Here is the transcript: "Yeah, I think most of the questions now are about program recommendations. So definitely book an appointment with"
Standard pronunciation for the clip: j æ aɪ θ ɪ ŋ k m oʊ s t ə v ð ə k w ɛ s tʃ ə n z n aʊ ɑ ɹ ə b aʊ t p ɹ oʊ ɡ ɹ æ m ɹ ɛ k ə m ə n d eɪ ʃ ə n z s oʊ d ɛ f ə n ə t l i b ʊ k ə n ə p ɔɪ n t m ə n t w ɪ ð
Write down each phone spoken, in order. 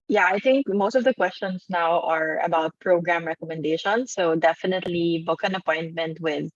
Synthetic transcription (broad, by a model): j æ aɪ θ ɪ ŋ k m oʊ s t ə v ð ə k w ɛ s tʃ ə n s n aʊ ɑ ɹ ə b aʊ t p ɹ oʊ ɡ ɹ æ m ɹ ɛ k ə m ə n d eɪ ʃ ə n s oʊ d ɛ f ə n ə t l i b ʊ k ə n ə p ɔɪ n t m ə n t w ɪ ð